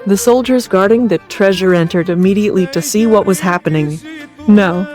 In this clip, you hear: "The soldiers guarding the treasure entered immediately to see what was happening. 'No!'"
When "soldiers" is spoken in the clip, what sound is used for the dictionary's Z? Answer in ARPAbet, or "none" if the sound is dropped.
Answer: Z